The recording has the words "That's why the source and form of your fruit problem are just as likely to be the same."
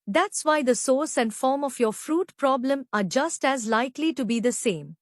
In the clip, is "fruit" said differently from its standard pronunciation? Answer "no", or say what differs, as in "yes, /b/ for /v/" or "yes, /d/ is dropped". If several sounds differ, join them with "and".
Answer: no